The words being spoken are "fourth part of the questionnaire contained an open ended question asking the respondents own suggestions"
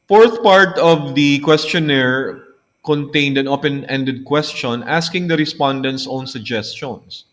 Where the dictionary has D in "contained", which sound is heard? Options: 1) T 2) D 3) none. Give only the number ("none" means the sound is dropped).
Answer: 2